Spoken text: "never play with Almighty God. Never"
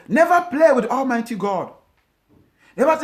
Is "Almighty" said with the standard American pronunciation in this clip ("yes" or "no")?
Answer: yes